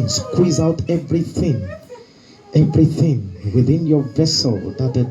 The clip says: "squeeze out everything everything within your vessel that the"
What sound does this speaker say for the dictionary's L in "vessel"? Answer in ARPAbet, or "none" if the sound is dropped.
L